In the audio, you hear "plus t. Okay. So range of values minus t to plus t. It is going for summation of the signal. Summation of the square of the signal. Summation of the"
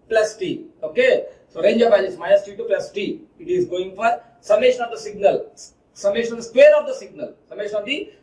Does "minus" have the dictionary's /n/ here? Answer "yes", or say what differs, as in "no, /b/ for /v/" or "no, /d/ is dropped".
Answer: no, /n/ is dropped